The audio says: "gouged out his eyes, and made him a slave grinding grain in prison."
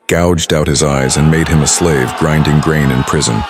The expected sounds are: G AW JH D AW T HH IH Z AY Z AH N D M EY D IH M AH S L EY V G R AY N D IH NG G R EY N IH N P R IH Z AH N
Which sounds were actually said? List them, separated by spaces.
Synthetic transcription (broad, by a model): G AW JH D AW T HH IH Z AY Z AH N M EY D IH M AH S L EY V G R AY N D IH NG G R EY N IH N P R IH Z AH N